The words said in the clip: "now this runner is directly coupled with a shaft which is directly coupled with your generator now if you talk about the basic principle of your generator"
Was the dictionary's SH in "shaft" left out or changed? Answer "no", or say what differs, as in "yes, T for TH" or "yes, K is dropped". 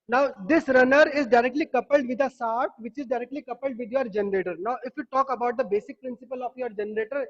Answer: yes, S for SH